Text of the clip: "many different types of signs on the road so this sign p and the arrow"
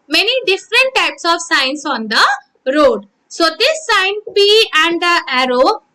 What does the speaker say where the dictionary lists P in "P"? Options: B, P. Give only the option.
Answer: B